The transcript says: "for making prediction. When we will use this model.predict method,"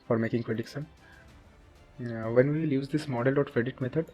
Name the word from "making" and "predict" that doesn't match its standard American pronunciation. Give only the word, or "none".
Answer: predict